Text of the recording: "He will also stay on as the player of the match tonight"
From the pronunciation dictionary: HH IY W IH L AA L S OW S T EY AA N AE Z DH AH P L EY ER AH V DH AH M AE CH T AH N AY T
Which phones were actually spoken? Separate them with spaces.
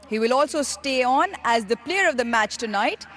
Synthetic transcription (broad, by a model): HH IY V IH L AA L S OW S T EY AA N AE Z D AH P L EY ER AH V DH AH M AE CH T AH N AY T